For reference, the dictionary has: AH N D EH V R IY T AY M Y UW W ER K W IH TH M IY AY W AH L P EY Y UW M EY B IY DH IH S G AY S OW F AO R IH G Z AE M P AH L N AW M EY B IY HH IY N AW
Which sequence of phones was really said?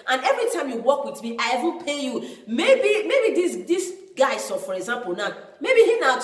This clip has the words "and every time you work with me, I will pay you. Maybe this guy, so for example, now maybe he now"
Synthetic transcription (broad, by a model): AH N EH V R IY T AY M Y UW W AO K W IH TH M IY AY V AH N P EY Y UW M EY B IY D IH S G AY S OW F AO R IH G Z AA M P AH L N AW M EY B IY HH IY N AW